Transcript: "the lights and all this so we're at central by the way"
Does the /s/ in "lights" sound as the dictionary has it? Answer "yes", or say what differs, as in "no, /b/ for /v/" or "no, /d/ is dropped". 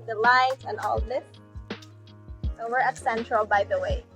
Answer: no, /s/ is dropped